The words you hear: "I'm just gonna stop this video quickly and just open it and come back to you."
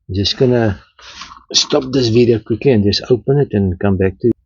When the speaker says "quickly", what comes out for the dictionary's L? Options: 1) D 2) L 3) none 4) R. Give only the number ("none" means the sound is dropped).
3